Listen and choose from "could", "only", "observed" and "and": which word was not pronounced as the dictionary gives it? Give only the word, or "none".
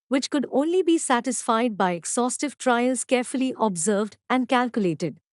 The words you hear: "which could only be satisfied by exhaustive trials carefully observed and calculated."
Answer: none